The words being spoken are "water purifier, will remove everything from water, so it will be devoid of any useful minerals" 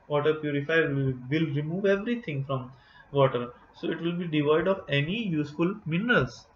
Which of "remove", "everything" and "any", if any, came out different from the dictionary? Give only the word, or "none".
everything